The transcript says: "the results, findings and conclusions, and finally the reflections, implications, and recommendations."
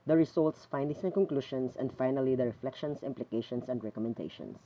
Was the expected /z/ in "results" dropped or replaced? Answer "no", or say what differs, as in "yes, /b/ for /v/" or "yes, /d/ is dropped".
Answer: yes, /s/ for /z/